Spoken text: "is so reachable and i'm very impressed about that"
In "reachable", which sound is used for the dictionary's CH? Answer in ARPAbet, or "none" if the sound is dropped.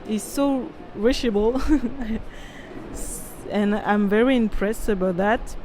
SH